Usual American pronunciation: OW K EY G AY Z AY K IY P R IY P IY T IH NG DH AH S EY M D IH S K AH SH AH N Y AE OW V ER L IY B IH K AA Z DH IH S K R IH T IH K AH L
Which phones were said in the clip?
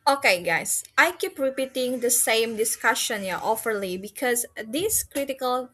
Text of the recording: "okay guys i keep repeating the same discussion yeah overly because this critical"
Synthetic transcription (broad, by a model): OW K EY G AY S AY K IY P R IY P IY T IH NG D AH S EY M D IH S K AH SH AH N Y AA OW F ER L IY B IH K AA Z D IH S K R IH T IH K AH L